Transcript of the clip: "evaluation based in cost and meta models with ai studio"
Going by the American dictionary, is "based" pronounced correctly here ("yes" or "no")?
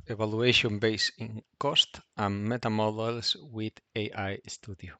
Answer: no